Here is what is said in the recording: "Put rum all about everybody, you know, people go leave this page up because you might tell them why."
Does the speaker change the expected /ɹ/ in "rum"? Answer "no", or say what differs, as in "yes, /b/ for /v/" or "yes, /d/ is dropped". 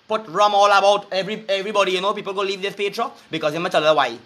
no